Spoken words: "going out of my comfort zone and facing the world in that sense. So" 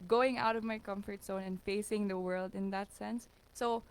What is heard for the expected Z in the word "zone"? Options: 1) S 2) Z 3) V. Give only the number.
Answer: 1